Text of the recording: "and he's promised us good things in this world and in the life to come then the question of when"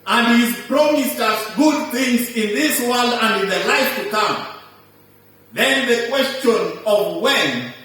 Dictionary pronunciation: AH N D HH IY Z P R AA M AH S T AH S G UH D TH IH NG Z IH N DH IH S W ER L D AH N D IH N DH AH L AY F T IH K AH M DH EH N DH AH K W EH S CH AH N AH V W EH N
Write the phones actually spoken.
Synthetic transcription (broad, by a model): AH N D HH IY Z P R AA M AH S T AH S G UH D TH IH NG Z IH N DH IH S W ER L D AH N D IH N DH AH L AY F T IH K AH M DH EH N DH AH K W EH S CH AH N AH V W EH N